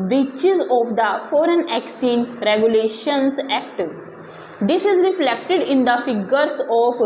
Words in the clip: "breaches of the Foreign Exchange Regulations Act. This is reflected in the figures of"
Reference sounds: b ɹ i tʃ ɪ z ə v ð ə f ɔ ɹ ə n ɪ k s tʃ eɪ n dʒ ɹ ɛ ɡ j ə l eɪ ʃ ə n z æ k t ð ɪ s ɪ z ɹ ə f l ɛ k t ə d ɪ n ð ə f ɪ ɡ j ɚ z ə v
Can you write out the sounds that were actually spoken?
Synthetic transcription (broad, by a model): b ɹ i tʃ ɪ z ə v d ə f ɔ ɹ ə n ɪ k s eɪ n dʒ ɹ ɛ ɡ j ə l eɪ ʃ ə n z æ k t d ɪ s ɪ z ɹ ə f l ɛ k t ə d ɪ n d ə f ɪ ɡ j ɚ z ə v